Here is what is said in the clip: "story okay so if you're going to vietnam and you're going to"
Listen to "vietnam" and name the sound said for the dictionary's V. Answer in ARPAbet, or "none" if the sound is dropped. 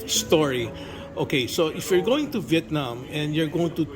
V